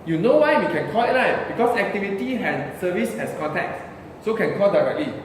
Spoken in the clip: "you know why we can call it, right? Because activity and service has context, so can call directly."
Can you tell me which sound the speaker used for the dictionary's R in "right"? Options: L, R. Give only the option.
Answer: L